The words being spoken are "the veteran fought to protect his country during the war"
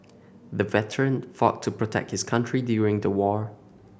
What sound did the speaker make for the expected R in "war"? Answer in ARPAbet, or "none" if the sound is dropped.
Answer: R